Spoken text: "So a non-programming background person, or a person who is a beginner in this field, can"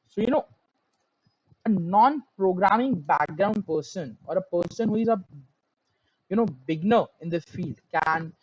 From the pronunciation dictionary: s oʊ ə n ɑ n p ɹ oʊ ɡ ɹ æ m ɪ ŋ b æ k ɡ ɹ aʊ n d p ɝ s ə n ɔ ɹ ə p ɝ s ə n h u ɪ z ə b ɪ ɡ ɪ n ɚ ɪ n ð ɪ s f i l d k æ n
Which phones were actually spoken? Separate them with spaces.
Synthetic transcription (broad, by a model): s oʊ ə n ɑ n p ɹ oʊ ɡ ɹ æ m ɪ ŋ b æ k ɡ ɹ aʊ n d p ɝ s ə n ɔ ɹ ə p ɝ s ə n h u ɪ z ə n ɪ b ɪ n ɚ ɪ n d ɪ f i l d k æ n